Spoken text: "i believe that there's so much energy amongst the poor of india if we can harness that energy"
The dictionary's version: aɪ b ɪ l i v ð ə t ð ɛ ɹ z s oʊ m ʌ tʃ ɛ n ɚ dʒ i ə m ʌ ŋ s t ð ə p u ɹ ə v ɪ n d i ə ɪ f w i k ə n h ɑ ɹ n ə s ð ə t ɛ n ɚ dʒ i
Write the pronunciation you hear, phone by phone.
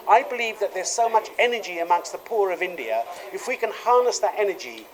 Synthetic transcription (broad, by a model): aɪ b ɪ l i v ð ə t ð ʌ ɹ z s oʊ m ʌ tʃ ɛ n ɚ dʒ i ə m ʌ ŋ s t ð ə p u ɹ ə v ɪ n d i ə ɪ f w i k ə n h ɑ ɹ n ə s ð ə t ɛ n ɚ dʒ i